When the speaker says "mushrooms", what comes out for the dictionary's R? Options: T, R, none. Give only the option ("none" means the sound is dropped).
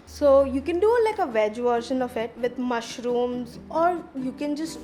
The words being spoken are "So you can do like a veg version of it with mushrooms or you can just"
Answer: R